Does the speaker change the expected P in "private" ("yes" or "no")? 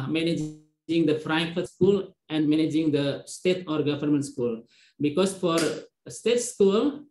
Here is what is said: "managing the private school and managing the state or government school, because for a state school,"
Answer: yes